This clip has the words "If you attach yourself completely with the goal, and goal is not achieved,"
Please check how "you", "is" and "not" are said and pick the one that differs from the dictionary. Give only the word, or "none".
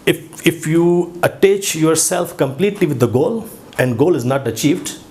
none